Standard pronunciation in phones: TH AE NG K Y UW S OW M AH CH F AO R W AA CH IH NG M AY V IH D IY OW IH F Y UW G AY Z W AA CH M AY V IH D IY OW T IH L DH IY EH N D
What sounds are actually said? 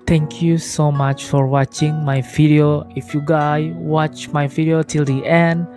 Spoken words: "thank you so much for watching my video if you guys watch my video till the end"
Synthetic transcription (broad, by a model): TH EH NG K Y UW S OW M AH CH F AO R W AA CH IH NG M AY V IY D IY OW IH F Y UW G AY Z W AA CH M AY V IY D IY OW T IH L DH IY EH N D